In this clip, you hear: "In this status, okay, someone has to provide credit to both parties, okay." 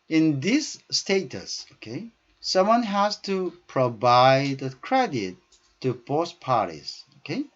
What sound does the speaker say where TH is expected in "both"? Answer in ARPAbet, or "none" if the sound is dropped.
S